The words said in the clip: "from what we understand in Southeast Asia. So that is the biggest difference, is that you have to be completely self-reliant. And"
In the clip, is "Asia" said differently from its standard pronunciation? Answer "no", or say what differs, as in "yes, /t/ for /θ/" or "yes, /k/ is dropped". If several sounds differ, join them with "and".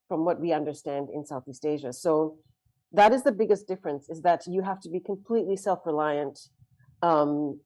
no